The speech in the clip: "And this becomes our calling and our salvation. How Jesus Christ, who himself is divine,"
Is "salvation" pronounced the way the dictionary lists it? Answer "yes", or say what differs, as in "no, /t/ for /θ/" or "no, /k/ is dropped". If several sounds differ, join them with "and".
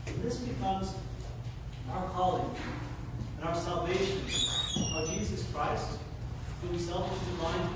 yes